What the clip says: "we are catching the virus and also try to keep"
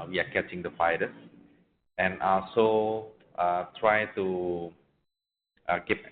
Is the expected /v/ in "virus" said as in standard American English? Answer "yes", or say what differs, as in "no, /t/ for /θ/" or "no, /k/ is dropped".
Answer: no, /f/ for /v/